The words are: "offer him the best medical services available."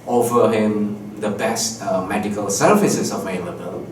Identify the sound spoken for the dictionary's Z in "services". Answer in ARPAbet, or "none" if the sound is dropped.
S